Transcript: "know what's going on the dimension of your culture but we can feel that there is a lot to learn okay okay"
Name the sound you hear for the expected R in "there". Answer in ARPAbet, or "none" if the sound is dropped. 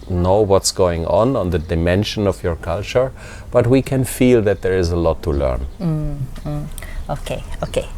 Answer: R